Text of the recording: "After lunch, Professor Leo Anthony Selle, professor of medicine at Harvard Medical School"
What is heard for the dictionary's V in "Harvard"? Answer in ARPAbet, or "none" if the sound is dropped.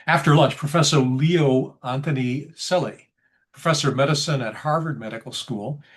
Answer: V